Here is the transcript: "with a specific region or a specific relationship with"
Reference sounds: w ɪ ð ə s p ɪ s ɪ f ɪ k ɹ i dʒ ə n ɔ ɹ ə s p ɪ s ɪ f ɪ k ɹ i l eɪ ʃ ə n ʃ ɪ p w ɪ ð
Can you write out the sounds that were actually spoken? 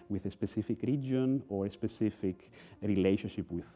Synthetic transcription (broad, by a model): w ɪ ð ə s p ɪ s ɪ f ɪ k ɹ i dʒ ə n ɔ ɹ ə s p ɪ s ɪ f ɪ k ɹ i l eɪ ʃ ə n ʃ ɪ p w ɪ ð